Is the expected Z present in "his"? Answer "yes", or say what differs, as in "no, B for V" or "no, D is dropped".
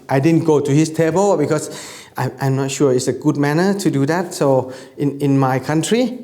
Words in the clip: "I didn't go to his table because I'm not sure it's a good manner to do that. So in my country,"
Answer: no, S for Z